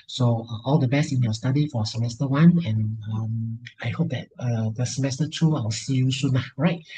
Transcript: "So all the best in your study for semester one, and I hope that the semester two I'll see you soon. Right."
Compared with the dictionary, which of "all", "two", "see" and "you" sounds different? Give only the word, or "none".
none